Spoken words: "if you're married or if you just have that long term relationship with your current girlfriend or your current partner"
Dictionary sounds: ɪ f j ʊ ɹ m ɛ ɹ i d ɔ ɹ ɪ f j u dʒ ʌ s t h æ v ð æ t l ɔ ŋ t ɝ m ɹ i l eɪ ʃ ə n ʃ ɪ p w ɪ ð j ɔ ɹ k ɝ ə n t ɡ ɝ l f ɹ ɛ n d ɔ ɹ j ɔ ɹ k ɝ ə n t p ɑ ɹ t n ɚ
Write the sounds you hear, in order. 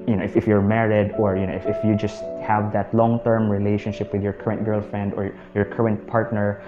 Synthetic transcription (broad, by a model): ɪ f j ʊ ɹ m ɛ ɹ i d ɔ ɹ ɪ f j u dʒ ʌ s t h æ v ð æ t l ɔ ŋ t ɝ m ɹ i l eɪ ʃ ə n ʃ ɪ p w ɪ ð j ɔ ɹ k ɝ ə n t ɡ ɝ l f ɹ ɛ n d ɔ ɹ j ɔ ɹ k ɝ ə n t p ɑ ɹ t n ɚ